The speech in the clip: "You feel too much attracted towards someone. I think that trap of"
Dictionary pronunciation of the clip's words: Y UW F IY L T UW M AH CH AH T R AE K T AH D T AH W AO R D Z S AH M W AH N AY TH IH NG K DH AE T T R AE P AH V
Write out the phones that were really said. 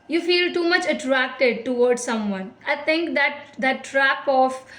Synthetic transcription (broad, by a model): Y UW F IY L T UW M AH CH AH T R AE K T AH D T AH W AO R D S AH M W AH N AY T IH NG K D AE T T R AE P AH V